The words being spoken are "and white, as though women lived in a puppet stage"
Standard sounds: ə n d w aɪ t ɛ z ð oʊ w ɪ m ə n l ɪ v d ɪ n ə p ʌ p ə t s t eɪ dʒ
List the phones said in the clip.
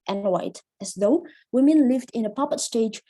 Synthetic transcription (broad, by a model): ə n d w aɪ t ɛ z ð oʊ w ɪ m ə n l ɪ v d ɪ n ə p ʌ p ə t s t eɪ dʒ